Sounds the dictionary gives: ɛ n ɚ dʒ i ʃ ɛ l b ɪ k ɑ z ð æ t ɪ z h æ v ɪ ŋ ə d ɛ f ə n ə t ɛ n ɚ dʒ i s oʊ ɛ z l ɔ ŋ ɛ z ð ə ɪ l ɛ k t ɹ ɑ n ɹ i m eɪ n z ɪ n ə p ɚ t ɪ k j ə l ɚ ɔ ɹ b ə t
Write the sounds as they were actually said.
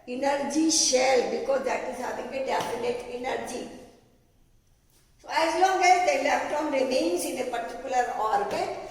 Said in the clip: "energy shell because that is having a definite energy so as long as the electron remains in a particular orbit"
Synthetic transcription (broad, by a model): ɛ n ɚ dʒ i ʃ ɛ l b ɪ k ɑ z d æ t ɪ z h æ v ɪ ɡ ə d ɛ f ə n ə t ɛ n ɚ dʒ i s oʊ ɛ z l ɔ ŋ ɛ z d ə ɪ l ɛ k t ɑ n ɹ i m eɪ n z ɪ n ə p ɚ t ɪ k j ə l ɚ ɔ ɹ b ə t